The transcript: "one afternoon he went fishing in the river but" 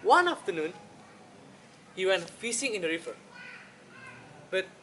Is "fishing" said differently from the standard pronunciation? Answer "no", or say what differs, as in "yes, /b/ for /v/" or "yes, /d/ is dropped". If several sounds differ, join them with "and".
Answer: yes, /s/ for /ʃ/